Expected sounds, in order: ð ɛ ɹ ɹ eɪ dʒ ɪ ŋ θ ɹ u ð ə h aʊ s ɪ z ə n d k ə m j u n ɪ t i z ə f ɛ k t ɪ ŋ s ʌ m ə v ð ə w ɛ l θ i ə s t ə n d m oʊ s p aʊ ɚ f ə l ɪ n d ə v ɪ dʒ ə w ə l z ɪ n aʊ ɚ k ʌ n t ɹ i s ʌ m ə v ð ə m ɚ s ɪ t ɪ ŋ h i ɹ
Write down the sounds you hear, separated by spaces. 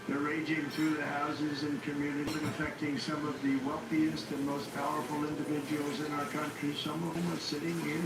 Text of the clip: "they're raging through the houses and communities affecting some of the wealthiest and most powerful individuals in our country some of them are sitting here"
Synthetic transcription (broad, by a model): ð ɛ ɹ ɹ eɪ dʒ ɪ ŋ θ ɹ u ð ə h aʊ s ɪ z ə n k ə m j u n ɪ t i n ə f ɛ k t ɪ ŋ s ʌ m ə v ð ə w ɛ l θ i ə s t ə n m oʊ s p aʊ ɚ f l ɪ n d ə v ɪ dʒ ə w l z ɪ n aʊ ɚ k ʌ n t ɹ i s ʌ m ə v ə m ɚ s ɪ t ɪ ŋ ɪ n